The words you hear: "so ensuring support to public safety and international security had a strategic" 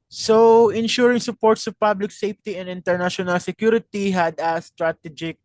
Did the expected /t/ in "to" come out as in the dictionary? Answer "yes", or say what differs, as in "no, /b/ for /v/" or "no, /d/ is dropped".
no, /s/ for /t/